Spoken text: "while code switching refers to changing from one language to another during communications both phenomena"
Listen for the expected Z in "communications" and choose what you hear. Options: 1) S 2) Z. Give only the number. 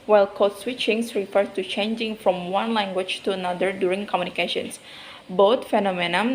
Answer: 1